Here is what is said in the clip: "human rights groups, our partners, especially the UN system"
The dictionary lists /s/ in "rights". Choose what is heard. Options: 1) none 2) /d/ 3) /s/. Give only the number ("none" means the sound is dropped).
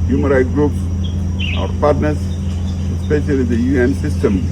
1